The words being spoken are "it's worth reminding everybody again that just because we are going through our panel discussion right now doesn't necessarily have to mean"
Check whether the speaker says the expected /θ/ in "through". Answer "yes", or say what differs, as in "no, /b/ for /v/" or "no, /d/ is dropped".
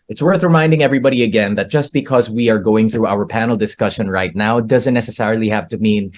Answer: yes